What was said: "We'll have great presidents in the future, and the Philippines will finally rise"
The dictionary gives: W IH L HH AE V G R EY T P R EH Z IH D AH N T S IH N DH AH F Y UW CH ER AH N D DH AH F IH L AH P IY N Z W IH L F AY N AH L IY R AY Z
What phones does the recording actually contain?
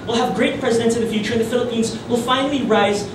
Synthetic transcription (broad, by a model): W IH L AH V G R EY T P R EH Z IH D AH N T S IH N DH AH F Y UW CH ER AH N DH AH F IH L AH P IY N Z W IH L F AY N L IY R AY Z